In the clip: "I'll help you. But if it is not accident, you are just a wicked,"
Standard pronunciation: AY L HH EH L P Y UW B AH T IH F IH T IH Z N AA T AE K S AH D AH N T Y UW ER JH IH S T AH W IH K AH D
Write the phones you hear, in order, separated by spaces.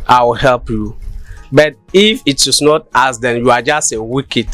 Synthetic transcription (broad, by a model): AY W HH EH L P Y UW B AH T IH F IH T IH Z N AA T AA S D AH N Y UW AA JH IH S T AH W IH K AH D